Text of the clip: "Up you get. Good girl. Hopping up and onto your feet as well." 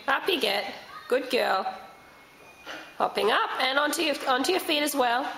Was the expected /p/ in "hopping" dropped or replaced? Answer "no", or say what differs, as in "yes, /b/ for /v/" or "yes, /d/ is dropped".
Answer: no